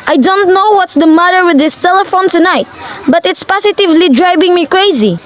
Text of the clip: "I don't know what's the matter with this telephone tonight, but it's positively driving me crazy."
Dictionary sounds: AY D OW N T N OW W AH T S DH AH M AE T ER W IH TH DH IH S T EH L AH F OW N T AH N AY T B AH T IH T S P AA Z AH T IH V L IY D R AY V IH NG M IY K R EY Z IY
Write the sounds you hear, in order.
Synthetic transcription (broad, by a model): AY D OW N T N OW W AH T S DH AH M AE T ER W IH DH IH S T EH L AH F OW N T AH N AY T B AH T IH T S P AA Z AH T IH V L IY D R AY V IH NG M IY K R EY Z IY